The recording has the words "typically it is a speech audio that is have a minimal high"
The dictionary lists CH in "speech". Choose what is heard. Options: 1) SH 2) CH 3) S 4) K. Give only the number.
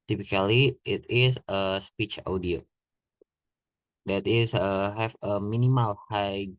2